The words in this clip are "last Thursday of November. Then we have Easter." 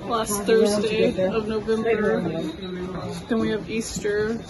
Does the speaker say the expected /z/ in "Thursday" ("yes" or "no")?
yes